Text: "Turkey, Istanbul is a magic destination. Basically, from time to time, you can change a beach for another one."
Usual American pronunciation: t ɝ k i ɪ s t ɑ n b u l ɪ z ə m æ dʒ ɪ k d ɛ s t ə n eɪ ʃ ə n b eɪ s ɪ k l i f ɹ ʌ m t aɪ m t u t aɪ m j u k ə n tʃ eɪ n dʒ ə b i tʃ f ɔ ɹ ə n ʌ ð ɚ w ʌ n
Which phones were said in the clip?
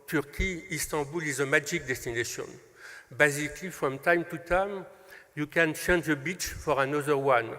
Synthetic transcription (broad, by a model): t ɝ k i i s t ɑ b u l ɪ z ə m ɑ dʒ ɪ k d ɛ s t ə n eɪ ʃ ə n b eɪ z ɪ k l i f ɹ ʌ m t aɪ m t u t aɪ m j u k ə n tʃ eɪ n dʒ ə b i tʃ f ɔ ɹ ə n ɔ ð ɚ w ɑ n